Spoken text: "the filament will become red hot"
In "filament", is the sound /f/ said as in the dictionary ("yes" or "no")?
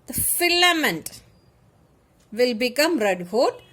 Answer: yes